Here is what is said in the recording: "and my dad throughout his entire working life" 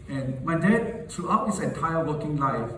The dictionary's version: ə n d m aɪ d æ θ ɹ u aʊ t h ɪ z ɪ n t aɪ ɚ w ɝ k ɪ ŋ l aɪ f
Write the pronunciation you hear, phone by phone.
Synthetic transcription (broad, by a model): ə n m aɪ d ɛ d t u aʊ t h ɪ s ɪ n t aɪ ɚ w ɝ k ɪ ŋ l aɪ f